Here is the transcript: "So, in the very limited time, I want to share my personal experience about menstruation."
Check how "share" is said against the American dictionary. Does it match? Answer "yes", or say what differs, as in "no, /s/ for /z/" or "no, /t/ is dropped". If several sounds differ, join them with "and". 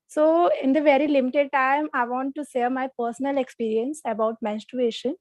no, /s/ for /ʃ/